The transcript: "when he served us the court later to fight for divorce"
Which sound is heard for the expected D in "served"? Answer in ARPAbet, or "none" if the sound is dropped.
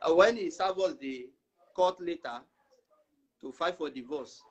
none